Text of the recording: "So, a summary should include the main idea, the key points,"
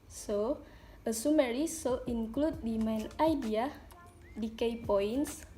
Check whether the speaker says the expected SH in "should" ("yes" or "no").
no